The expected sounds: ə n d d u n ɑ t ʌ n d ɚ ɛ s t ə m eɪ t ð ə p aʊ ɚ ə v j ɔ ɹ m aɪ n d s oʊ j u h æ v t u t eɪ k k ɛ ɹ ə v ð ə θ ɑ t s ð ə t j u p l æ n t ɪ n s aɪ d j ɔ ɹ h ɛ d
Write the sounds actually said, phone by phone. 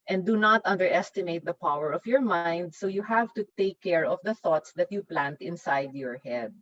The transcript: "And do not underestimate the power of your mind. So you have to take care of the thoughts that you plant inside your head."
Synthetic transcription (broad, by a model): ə n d d u n ɑ t ʌ n d ɚ ɛ s t ə m eɪ t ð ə p aʊ ɚ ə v j ɔ ɹ m aɪ n d s oʊ j u h æ v t u t eɪ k k ɛ ɹ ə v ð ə θ ɑ t s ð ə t j u p l æ n t ɪ n s aɪ d j ɔ ɹ h ɛ d